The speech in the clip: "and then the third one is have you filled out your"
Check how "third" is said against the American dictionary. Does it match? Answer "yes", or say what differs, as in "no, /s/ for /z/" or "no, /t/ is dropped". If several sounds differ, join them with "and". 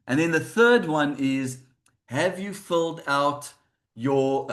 yes